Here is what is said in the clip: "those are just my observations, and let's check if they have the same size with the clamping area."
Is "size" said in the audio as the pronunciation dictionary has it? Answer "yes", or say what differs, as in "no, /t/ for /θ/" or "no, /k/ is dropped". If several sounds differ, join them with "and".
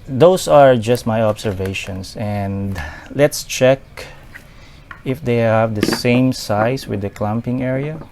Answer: no, /s/ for /z/